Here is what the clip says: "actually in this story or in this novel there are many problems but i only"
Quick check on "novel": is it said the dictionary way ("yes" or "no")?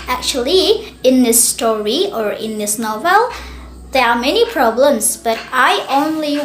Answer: yes